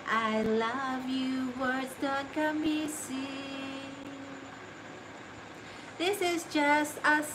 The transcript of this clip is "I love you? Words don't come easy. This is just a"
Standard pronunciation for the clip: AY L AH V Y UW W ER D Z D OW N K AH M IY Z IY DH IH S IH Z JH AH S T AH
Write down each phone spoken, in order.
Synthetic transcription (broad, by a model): AY L AH V Y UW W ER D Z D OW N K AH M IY S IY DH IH S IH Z JH AH S T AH